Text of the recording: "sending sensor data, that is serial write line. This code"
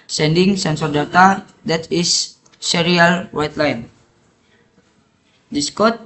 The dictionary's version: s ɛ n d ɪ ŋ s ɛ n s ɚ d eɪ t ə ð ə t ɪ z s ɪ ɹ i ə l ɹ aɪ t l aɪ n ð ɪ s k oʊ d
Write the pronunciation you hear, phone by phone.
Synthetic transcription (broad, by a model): s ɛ n d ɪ ŋ s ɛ n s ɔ d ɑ t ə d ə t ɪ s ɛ ɹ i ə l w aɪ t l aɪ n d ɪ s k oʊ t